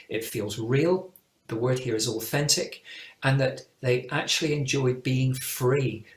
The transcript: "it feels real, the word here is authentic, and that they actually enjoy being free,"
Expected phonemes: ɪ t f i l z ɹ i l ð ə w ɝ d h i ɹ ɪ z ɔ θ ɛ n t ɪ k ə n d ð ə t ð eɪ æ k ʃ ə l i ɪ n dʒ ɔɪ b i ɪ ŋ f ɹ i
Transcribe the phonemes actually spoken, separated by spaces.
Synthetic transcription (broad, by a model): ɪ t f i l z ɹ i l ð ə w ɝ d h i ɹ ɪ z ɔ θ ɛ n t ɪ k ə n ð ə t ð eɪ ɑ k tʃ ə l i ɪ n dʒ ɔɪ b i ɪ ŋ f ɹ i